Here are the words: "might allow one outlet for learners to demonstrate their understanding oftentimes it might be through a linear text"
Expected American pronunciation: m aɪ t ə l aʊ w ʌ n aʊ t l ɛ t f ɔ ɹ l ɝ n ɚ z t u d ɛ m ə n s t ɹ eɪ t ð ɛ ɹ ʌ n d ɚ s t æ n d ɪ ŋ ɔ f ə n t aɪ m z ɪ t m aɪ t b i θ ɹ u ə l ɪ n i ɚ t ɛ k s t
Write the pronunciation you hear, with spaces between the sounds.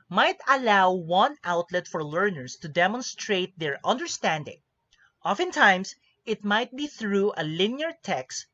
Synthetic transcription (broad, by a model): m aɪ t ə l aʊ w ʌ n aʊ t l ɛ t f ɔ ɹ l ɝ n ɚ s t u d ɛ m ə n s t ɹ eɪ t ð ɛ ɹ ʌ n d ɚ s t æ n d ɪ ŋ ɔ f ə n t aɪ m s ɪ t m aɪ t b i θ ɹ u ə l ɪ n i ɚ t ɛ k s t